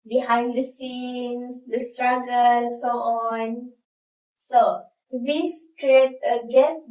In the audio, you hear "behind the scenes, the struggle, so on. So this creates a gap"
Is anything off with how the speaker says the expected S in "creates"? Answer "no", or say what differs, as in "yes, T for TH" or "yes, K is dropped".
yes, S is dropped